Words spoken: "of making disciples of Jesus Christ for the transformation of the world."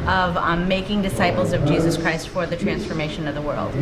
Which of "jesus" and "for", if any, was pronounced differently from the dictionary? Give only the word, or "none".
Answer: none